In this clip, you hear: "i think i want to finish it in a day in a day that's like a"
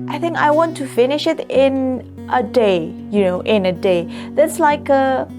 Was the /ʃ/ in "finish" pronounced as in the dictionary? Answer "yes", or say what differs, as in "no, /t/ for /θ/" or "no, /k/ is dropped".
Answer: yes